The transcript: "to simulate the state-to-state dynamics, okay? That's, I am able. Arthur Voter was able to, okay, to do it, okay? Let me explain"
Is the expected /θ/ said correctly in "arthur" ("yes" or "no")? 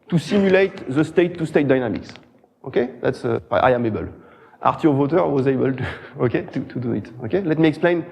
no